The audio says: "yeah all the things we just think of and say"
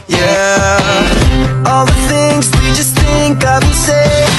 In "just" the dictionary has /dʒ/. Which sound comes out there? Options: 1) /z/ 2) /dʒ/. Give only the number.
2